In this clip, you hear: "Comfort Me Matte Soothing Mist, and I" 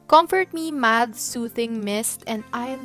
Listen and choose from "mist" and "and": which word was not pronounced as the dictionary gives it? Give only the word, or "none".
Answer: none